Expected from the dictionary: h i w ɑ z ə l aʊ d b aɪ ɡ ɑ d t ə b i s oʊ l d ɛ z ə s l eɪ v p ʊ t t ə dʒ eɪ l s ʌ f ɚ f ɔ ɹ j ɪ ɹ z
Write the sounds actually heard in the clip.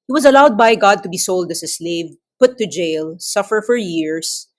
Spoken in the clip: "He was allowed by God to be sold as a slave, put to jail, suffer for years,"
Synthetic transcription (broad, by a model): h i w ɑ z ə l aʊ d b aɪ ɡ ɑ d t ə b i s oʊ l d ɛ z ə s l eɪ v p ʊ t t ə dʒ eɪ l s ʌ f ɚ f ɔ ɹ j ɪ ɹ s